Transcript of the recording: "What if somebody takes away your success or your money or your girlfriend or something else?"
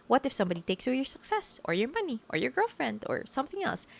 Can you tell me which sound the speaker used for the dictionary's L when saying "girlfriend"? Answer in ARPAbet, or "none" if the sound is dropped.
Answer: L